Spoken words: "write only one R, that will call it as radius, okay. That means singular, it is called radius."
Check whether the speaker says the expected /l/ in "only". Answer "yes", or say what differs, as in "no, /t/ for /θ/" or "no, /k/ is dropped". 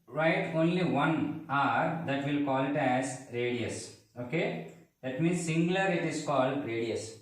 yes